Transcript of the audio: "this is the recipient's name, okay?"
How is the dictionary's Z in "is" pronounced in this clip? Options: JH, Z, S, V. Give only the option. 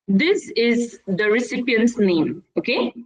Z